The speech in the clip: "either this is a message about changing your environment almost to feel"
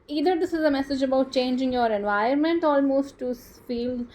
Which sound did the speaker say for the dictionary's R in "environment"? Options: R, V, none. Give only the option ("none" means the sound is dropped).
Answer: none